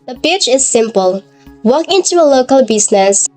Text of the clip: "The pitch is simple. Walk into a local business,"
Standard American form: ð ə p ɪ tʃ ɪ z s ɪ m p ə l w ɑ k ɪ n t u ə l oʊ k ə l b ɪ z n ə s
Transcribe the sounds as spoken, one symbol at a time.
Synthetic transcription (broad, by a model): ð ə b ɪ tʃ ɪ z s ɪ m p ə l w ɑ k ɪ n t u ə l oʊ k ə l b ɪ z n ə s